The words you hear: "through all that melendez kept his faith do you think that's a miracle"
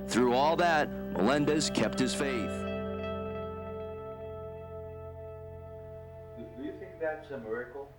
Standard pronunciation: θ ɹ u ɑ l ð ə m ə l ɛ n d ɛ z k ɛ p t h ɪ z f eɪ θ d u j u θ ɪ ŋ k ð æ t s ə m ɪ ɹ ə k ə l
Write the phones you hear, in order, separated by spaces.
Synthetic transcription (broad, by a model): θ ɹ u ɑ l ð ə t l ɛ n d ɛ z k ɛ p t h ɪ z f eɪ θ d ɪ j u θ ɪ ŋ k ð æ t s ə m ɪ ɹ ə k l